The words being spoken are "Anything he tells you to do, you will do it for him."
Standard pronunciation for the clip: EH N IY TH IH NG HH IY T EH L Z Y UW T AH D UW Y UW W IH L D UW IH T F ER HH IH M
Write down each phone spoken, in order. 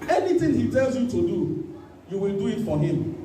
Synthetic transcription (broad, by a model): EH N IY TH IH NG HH IY T EH L Z Y UW T AH D UW Y UW W IH L D UW IH T F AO HH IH M